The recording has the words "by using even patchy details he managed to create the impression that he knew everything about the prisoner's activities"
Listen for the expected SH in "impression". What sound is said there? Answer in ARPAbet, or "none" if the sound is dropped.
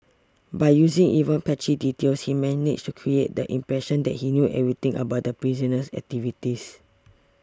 SH